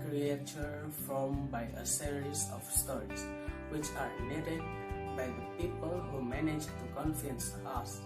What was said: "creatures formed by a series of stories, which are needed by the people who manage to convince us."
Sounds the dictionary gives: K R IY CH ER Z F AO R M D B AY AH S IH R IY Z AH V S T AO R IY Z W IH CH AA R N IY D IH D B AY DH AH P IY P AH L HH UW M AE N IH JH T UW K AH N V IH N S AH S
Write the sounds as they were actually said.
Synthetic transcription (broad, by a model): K R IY CH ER F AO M B AY AH S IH R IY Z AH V S T AO R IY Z W IH CH AA R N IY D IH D B AY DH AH P IY P AH L HH UW M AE N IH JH T UW K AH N F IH N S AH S